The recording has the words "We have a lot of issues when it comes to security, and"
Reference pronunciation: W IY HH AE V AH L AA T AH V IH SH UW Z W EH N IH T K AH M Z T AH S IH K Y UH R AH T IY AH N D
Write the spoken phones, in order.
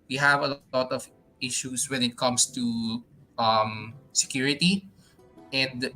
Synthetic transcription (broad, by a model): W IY HH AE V AH L AA T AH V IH SH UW S W EH N IH T K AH M S T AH S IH K Y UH R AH T IY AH N D